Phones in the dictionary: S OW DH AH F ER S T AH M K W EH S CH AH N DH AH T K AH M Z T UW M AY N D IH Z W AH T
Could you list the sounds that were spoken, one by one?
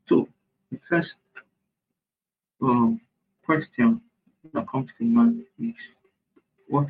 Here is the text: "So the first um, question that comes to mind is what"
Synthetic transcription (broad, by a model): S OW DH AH F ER S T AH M K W EH S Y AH N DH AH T K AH M S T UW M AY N IH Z W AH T